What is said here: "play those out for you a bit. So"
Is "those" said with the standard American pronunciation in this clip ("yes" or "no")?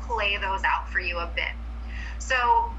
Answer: yes